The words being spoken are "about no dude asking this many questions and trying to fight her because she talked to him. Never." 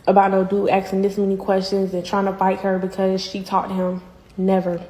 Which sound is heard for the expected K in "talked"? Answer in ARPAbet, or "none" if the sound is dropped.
none